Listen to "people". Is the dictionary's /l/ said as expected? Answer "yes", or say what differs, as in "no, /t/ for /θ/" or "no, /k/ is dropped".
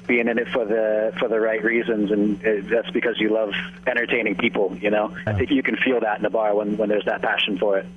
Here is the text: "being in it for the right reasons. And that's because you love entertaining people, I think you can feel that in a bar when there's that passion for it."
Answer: no, /n/ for /l/